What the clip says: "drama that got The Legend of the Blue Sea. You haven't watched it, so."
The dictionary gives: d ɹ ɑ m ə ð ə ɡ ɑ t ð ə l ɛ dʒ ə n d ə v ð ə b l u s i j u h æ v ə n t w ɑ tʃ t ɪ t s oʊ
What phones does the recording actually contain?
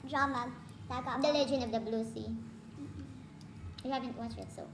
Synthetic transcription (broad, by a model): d ɹ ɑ m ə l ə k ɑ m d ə l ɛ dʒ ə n ə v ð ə b l u s i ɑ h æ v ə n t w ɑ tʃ ɪ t s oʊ